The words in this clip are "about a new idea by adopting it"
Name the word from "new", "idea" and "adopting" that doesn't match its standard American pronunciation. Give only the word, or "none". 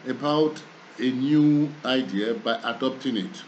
none